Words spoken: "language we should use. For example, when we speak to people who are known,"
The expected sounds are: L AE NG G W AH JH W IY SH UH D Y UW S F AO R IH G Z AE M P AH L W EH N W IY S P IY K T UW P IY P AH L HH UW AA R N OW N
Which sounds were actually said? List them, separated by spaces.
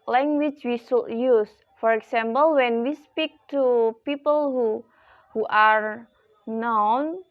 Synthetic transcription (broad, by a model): L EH NG G W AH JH W IY S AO Y UW S F AO R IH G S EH M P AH L W EH N W IY S P IY K T UW P IY P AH L HH UW AA R N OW N